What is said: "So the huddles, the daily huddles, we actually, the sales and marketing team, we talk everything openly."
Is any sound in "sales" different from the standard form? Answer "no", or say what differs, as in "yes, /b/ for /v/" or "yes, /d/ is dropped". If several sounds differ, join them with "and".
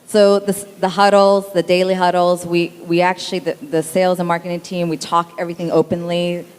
no